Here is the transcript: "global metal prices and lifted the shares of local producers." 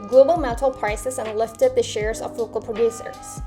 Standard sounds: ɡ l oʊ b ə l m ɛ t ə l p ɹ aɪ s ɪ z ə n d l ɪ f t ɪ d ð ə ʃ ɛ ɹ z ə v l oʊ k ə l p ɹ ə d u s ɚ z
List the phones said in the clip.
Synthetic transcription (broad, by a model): ɡ l oʊ b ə l m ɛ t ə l p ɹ aɪ s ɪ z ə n l ɪ f t ɪ d ð ə ʃ ɛ ɹ z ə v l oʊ k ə l p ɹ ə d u s ɚ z